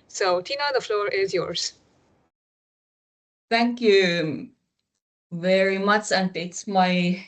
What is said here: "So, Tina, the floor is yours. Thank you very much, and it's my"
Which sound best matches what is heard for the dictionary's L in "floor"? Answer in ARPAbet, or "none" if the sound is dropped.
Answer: L